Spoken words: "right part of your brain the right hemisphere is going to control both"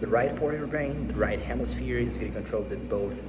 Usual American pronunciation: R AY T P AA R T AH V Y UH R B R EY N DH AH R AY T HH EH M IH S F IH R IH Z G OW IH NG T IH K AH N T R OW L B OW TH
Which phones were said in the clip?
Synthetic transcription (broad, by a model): R AY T P AA R T AH V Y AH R B R EY N DH AH R AY T HH EH M IH S F IH R IH Z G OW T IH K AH N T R OW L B OW TH